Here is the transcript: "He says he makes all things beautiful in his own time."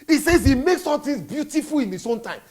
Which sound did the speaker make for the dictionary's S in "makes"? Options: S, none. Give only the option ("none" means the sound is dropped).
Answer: S